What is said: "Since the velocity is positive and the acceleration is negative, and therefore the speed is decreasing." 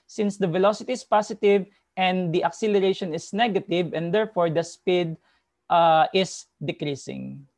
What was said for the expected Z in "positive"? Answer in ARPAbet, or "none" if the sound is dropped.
S